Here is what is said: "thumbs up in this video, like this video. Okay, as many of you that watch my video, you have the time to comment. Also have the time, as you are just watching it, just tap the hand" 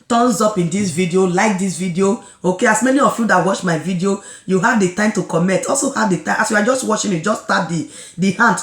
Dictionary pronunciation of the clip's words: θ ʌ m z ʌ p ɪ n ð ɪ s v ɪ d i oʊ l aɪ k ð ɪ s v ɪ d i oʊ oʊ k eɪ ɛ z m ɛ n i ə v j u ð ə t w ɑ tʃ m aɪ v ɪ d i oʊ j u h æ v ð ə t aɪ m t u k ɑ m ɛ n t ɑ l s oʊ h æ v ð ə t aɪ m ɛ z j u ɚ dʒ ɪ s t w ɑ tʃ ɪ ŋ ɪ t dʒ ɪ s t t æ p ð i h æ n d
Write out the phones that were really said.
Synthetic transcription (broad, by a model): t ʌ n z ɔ p ɪ n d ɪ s v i d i oʊ l aɪ k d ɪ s v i d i oʊ oʊ k eɪ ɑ s m ɛ n i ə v j u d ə t w ɑ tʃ m aɪ v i d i oʊ j u h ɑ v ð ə t aɪ m t u k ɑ m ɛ t ɑ l s oʊ h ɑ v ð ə t aɪ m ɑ s j u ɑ dʒ ɪ s t w ɑ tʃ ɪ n ɪ t dʒ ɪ s t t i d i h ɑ n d